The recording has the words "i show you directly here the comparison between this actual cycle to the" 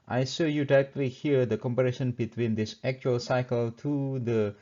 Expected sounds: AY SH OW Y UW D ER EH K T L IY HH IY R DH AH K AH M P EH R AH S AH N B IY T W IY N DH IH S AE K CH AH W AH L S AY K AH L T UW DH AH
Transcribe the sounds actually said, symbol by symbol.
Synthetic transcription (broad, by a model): AY S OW Y UW D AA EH K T L IY HH IY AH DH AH K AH M P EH R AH SH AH N B IY T W IY N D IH S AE K CH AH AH L S AY K AH L T UW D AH